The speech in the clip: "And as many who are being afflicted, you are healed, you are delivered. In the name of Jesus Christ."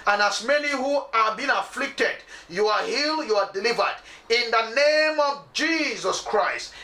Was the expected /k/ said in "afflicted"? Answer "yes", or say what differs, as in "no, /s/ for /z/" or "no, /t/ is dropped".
yes